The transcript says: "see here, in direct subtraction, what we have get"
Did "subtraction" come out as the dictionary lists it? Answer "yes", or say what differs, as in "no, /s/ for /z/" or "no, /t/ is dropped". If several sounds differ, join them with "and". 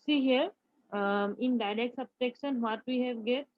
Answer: no, /ɹ/ is dropped